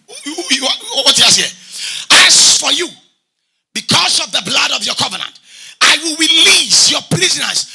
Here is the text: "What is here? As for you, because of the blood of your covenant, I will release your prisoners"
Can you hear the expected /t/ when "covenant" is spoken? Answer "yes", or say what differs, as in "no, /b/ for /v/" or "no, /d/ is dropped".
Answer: yes